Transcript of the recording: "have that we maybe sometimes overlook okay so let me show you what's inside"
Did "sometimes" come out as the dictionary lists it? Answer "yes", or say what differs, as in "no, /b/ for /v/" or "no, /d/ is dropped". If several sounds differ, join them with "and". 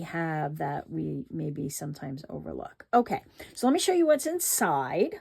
yes